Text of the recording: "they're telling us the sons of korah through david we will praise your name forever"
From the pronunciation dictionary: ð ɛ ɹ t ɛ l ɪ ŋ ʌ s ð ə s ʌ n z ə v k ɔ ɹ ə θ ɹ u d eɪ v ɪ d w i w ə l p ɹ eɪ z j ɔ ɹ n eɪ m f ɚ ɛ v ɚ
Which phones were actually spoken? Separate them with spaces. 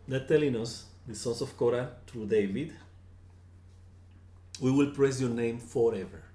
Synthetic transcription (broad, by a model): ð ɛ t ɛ l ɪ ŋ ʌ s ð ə s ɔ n s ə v k ɔ ɹ ə t ɹ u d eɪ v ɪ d w i w ə l p ɹ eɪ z j ɔ ɹ n eɪ m f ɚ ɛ v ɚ